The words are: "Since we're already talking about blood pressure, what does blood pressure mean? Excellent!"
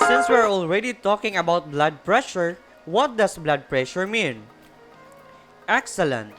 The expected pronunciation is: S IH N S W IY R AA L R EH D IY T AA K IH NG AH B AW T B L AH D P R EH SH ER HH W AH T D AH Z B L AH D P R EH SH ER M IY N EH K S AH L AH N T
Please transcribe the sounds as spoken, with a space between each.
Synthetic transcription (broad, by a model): S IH N S W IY R AA L R EH D IY T AA K IH NG AH B AW T B L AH D P R EH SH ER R W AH T D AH S B L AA D P R EH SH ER M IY N EH K S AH L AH N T